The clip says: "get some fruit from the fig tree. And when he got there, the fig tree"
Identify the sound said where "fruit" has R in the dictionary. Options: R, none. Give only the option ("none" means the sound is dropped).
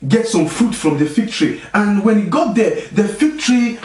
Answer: none